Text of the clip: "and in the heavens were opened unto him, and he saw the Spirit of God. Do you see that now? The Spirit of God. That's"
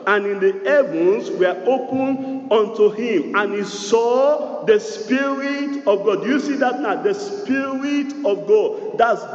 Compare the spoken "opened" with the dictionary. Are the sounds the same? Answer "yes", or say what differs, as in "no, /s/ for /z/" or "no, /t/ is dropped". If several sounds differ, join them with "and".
no, /d/ is dropped